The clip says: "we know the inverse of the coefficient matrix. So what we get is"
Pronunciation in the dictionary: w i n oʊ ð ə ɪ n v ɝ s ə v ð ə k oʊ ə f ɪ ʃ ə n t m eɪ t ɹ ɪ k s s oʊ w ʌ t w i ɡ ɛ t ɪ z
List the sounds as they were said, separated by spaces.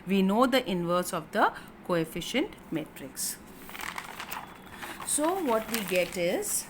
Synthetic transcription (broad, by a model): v i n oʊ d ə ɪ n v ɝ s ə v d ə k oʊ ə f ɪ ʃ ə n t m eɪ t ɹ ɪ k s s oʊ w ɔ t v i ɡ ɛ t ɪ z